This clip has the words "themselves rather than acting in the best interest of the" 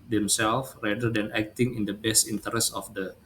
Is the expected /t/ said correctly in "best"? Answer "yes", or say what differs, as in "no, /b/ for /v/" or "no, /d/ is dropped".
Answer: yes